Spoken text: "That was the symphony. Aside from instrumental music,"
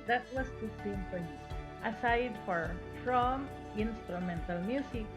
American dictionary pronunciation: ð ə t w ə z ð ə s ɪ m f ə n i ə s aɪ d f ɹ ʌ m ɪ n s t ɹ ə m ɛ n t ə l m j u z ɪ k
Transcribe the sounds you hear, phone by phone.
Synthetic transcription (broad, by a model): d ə t w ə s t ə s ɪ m p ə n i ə s aɪ d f ɹ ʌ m ɪ n s t ɹ ə m ɛ n t ə l m j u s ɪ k